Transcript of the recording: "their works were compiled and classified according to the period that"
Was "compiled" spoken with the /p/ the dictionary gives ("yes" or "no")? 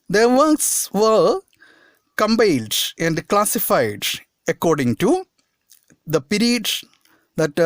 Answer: no